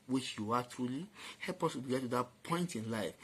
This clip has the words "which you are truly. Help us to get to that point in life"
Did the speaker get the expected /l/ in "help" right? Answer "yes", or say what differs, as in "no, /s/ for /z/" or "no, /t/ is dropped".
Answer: yes